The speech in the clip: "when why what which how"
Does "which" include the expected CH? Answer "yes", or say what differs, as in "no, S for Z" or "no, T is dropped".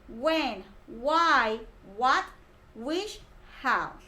no, SH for CH